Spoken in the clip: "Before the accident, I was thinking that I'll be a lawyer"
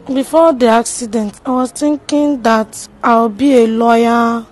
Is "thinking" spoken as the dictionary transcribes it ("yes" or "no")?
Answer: no